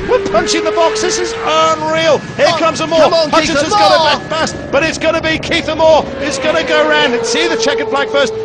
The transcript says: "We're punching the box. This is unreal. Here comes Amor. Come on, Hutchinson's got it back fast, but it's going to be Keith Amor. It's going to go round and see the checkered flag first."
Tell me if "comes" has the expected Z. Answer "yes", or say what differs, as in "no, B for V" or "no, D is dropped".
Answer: yes